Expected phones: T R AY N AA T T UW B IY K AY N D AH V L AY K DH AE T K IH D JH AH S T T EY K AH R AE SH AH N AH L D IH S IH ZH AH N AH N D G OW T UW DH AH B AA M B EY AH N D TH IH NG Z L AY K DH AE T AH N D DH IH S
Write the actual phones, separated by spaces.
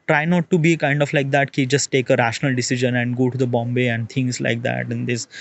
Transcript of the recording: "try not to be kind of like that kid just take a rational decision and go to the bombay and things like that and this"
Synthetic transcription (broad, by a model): T R AY N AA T T UW B IY K AY N D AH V L AY K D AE T K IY JH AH S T T EY K AH R AE SH AH N AH L D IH S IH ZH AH N AH N D G OW T UW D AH B AA M B EY AH N D T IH NG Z L AY K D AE T AH N D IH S